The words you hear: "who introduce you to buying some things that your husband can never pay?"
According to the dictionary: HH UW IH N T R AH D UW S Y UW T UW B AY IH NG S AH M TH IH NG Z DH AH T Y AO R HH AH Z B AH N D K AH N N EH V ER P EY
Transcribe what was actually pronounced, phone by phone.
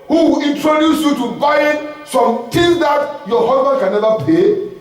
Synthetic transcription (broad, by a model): HH UW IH N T R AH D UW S Y UW T UW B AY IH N S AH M T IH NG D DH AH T Y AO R HH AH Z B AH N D K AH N N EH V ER P EY